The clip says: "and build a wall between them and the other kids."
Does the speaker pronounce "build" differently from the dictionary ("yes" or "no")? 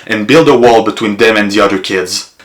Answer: no